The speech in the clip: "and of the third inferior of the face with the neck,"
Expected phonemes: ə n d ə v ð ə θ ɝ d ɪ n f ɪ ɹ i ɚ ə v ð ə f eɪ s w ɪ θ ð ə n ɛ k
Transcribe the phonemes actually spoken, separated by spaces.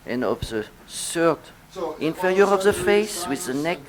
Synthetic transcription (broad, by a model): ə n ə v ð ə s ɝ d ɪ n f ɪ ɹ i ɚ ə v ð ə f eɪ s w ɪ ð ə n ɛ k